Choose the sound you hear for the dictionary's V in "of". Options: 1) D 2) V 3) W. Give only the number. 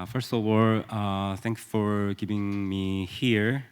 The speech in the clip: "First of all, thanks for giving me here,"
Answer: 3